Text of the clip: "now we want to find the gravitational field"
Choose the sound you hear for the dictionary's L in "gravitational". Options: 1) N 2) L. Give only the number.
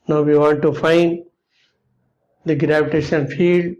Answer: 1